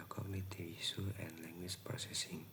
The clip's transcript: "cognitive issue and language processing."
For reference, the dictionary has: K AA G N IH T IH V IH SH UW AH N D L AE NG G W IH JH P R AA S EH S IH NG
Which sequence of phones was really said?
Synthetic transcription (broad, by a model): K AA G N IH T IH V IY S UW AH N L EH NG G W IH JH P R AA S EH S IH NG